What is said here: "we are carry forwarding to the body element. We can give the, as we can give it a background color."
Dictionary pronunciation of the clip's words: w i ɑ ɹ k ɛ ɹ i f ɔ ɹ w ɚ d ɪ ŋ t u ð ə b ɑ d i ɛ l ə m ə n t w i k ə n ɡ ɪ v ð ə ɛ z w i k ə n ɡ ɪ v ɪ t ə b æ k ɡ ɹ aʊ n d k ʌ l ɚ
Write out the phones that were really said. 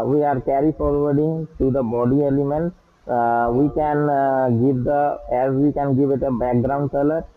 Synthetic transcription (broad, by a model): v i ɑ ɹ k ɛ ɹ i f ɔ ɹ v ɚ d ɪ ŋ t u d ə b ɑ d i ɛ l ə m ə n t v i k ə n ɡ ɪ v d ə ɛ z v i k ə n ɡ ɪ v ɪ t ə b æ k ɡ ɹ aʊ n d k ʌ l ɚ